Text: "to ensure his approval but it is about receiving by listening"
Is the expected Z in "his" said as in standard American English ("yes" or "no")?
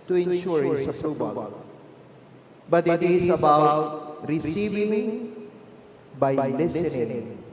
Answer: no